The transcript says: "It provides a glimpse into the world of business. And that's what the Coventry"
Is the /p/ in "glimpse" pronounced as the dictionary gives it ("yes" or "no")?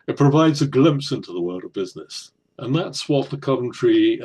yes